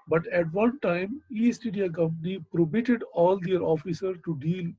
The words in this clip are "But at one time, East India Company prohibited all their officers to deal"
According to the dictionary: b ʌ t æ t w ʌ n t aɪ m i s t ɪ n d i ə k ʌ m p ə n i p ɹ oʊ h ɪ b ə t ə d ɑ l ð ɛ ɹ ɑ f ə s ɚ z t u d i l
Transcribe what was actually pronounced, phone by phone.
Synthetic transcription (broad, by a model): b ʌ t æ t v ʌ n t aɪ m i s t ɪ d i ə k ʌ m p ə n i p ɹ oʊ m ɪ t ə d ɑ l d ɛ ɹ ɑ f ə s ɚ t u d i l